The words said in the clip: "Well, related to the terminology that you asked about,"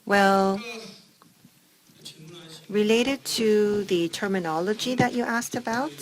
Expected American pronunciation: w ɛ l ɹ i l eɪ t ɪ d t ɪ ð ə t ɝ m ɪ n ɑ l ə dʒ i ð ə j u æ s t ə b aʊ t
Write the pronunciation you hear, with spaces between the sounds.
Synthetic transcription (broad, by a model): w ɛ l ɹ i l eɪ t ɪ d t ɪ ð ə t ɝ m ɪ n ɑ l ə dʒ i ð ə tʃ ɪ æ s t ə b aʊ t